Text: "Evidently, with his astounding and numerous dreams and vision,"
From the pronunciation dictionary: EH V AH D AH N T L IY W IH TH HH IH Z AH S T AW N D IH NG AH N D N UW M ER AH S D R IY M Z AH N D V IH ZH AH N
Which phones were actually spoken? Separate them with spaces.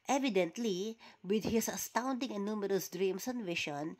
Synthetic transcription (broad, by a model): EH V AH D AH N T L IY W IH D HH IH S AH S T AW N D IH NG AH N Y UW M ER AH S D R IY M S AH N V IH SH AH N